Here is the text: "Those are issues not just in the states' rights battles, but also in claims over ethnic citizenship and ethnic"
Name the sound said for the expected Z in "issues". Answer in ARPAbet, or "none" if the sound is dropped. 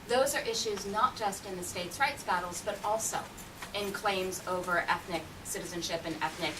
Z